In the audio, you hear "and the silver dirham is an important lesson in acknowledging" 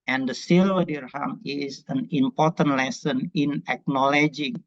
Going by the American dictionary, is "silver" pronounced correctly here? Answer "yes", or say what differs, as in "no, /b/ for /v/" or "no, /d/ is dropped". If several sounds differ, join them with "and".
no, /v/ is dropped